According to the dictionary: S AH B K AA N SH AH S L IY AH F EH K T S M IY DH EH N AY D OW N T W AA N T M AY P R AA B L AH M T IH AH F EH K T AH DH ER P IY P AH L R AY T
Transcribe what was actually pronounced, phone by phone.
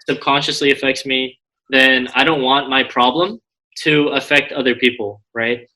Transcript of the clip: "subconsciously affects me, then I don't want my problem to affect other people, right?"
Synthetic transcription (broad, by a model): S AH B K AA N SH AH S L IY AH F EH K T S M IY DH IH N AY D OW N T W AA N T M AY P R AA B L AH M T IH AH F EH K T AH DH ER P IY P L R AY T